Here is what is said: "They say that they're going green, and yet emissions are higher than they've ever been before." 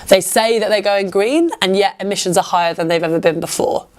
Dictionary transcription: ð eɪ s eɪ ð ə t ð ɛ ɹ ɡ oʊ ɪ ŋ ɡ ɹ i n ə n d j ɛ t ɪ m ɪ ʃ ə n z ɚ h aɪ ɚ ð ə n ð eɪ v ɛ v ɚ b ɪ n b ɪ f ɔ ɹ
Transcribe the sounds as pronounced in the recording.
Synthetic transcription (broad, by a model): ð eɪ s eɪ ð ə t ð ɛ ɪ ɡ oʊ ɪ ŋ ɡ ɹ i n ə n j ɛ t ɪ m ɪ ʃ ə n z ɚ h aɪ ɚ ð ə n ð eɪ v ɛ v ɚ b ɪ n b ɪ f ɔ